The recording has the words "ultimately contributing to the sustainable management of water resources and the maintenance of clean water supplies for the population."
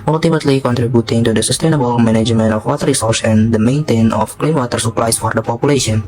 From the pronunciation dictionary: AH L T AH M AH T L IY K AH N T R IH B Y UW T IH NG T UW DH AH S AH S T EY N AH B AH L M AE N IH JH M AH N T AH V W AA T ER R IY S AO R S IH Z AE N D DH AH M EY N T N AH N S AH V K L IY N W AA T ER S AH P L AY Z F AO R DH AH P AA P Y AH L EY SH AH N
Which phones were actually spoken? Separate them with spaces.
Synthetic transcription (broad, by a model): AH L T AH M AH T L IY K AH N T R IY B Y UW T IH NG T UW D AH S AH S T EY N AH B AH L M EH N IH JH M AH N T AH F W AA T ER R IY S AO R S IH N D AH M EY N T AH N AH F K L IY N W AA T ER S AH P L AY S F AO R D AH P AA P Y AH L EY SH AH N